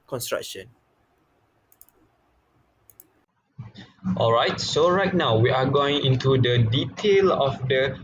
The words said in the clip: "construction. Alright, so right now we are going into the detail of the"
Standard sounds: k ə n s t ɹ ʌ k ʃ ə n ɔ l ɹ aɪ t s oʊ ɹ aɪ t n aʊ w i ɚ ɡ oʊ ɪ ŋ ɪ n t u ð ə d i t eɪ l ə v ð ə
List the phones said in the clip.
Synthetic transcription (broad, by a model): k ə n s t ɹ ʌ k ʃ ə n ɔ l ɹ aɪ t s oʊ ɹ aɪ t n aʊ w i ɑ ɡ oʊ ɪ ŋ ɪ n t u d ə d i t eɪ l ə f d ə